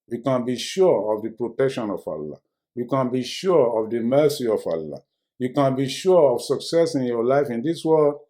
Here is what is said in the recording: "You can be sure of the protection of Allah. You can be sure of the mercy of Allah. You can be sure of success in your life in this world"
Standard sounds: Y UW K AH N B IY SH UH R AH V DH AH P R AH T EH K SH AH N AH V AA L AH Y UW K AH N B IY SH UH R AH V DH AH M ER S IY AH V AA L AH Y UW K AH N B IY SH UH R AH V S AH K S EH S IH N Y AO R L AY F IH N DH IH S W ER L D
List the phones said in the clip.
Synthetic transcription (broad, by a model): Y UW K AH N B IY SH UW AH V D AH P R AH T EH K SH AH N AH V AA L AH Y UW K AH N B IY SH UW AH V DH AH M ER S IY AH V AA L AH Y UW K AH N B IY SH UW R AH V S AH K S EH S IH N Y AO L AY F IH N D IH S W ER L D